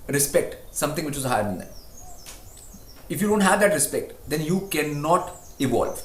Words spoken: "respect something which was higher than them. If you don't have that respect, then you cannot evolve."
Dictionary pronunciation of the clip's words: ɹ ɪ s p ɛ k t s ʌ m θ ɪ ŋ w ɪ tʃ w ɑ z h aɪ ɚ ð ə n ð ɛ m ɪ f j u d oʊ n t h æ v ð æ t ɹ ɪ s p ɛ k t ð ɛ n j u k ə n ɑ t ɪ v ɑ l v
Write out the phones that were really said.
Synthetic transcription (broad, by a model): ɹ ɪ s p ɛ k t s ʌ m t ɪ ŋ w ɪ tʃ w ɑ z h aɪ ɚ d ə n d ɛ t ɪ f j u d oʊ n t h æ v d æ t ɹ ɪ s p ɛ k t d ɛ n j u k ə n ɑ t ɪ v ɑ l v